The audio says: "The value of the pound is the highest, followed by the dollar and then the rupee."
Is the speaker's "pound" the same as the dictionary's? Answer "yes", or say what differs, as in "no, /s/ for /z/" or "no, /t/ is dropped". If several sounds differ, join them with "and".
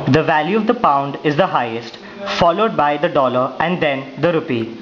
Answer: yes